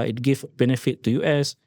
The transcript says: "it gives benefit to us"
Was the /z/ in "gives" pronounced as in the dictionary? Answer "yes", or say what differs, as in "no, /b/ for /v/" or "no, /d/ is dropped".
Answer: no, /z/ is dropped